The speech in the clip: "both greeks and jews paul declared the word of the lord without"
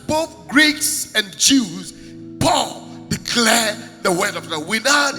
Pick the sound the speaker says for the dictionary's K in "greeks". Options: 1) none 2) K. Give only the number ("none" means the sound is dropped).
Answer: 2